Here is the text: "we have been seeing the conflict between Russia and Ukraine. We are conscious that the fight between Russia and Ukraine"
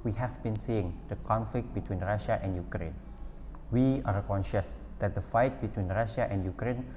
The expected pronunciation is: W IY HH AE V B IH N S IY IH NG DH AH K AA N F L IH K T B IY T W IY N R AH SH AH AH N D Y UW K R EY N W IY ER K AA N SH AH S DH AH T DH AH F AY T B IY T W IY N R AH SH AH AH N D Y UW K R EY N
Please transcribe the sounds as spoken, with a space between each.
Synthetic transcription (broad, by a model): W IY HH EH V B IH N S IY IH NG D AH K AA N F L IH K T B IY T W IY N R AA SH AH AH N D Y UW K R EY N W IY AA K AA N SH AH S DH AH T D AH F AY T B IY T W IY N R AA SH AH AH N D Y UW K R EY N